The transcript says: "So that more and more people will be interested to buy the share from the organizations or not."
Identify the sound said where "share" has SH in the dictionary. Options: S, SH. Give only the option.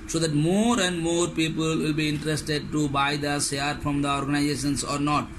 S